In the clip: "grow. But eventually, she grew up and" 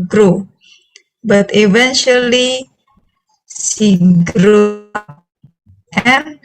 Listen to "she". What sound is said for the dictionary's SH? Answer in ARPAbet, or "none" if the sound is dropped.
S